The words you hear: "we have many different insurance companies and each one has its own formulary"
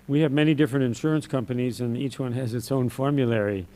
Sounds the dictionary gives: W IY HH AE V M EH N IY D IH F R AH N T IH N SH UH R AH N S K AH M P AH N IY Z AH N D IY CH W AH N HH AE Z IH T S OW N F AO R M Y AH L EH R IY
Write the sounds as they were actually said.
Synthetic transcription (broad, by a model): W IY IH V M EH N IY D IH F R AH N T IH N SH UH R AH N S K AH M P AH N IY Z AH N IY CH W AH N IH Z IH T S OW N F AO R M Y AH L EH R IY